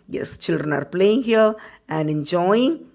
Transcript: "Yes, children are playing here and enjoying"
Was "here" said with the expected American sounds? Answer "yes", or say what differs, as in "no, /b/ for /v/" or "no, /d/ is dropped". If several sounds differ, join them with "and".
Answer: no, /l/ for /ɹ/